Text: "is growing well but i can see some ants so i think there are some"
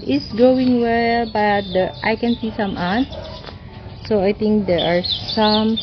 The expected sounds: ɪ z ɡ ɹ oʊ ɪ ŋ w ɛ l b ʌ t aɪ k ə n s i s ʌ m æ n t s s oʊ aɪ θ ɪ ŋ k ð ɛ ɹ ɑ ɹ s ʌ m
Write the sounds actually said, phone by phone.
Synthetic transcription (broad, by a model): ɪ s ɡ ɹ oʊ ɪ ŋ w ɛ l b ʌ t aɪ k ə n s i s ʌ m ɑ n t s s oʊ aɪ t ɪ ŋ k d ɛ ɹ ɑ ɹ s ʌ m